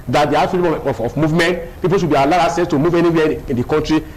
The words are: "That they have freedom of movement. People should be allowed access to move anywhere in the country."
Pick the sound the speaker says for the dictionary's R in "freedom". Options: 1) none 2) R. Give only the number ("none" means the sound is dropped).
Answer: 1